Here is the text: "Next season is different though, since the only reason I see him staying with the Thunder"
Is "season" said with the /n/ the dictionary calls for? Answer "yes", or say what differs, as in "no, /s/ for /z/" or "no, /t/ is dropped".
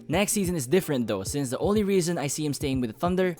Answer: yes